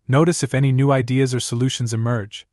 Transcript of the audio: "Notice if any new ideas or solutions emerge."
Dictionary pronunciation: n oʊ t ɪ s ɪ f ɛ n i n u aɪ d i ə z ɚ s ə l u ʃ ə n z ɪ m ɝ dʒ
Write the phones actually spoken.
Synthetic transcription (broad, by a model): n oʊ t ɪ s ɪ f ɛ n i n u aɪ d i ə z ɚ s ə l u ʃ ə n z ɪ m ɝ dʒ